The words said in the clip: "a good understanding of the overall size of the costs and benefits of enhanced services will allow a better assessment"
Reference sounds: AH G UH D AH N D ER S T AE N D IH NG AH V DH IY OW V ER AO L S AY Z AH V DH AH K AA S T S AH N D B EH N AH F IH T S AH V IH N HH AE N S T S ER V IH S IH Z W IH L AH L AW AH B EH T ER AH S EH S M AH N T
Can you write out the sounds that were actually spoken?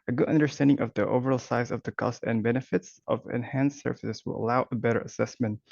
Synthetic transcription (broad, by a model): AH G UH D AH N D ER S T AE N D IH NG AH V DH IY OW V ER AO L S AY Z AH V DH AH K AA S T AH N B EH N AH F IH T S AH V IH N HH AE N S S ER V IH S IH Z W IH L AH L AW AH B EH T ER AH S EH S M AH N T